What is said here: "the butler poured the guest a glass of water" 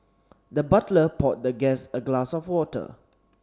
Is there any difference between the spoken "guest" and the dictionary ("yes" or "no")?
yes